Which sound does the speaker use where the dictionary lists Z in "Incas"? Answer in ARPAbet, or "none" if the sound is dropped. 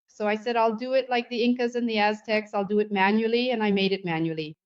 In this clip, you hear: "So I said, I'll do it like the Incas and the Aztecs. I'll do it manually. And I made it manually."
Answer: Z